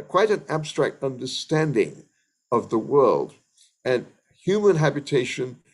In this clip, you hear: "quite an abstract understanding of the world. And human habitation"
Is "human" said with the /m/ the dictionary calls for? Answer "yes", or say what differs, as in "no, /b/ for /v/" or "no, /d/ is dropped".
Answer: yes